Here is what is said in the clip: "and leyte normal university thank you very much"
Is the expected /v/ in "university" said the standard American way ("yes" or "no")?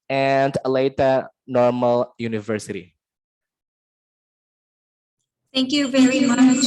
yes